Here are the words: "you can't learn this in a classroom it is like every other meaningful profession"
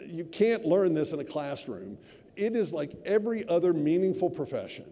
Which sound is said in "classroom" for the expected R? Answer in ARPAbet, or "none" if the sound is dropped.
R